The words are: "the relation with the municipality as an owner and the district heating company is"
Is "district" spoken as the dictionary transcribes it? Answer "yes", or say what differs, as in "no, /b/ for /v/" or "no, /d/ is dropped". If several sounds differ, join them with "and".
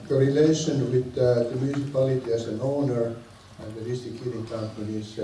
no, /ɹ/ is dropped